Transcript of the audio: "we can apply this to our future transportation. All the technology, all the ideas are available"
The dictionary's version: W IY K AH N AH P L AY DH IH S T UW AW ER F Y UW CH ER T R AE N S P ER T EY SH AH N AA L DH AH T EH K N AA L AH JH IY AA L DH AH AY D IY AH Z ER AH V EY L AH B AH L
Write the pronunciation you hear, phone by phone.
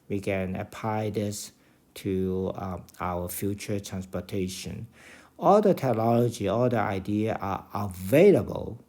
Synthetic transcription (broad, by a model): W IY K AH N AH P L AY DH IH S T UW AW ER F Y UW CH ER T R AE N S P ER T EY SH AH N AA L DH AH T EH K N AA L AH JH IY AA L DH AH AY D IY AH ER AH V EY L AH B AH L